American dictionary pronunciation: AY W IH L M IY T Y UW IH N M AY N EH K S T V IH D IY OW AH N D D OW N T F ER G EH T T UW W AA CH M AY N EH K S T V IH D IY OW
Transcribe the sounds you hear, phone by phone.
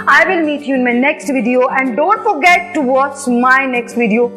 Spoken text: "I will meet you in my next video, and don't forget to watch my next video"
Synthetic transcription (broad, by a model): AY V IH L M IY T Y UW IH N M AY N EH K S T V IH D IY OW AH N D D OW N T F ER G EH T T UW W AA S M AY N EH K S T V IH D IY OW